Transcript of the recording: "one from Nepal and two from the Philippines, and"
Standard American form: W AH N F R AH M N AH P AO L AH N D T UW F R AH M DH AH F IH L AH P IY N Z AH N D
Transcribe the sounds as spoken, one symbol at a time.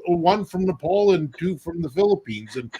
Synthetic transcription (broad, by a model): W AH N F R AH M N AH P AO L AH N T UW F R AH M DH AH F IH L AH P IY N Z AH N